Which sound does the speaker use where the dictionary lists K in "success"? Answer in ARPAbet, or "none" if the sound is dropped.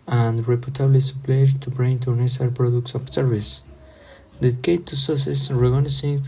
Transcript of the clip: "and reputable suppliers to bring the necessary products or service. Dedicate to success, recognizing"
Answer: none